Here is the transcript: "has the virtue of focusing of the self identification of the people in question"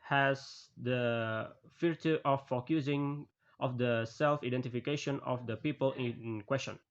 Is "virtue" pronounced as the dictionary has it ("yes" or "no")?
no